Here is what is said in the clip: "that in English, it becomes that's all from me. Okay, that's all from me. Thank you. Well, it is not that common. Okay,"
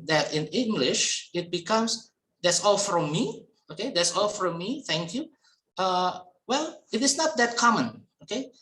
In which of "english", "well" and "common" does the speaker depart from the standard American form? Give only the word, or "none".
none